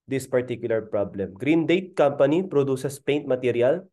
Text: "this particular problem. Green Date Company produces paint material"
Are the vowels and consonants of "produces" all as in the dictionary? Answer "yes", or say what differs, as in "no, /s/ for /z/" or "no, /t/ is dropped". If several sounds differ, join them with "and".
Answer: no, /s/ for /z/